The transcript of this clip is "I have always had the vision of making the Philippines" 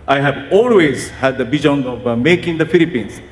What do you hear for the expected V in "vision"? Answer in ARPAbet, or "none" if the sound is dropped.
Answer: B